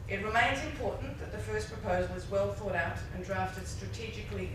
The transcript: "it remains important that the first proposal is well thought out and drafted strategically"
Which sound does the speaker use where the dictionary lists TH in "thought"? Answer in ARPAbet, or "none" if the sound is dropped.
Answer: TH